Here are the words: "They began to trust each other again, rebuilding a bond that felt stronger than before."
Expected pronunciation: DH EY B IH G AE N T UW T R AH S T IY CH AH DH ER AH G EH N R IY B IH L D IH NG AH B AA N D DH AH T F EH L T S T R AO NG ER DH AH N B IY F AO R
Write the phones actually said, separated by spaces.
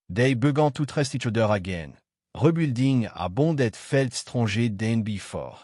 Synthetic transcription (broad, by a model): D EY B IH G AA T UW T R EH S T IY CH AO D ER AH G EH N R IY B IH L D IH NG AH B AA D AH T F EH L T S T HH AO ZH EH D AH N B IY F AO R